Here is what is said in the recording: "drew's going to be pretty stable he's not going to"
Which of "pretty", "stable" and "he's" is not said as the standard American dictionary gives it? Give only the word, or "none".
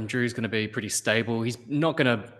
none